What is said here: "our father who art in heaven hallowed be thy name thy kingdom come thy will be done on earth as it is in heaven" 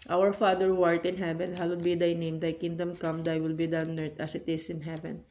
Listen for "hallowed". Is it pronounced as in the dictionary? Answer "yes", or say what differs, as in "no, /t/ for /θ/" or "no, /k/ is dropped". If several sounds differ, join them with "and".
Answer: no, /w/ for /l/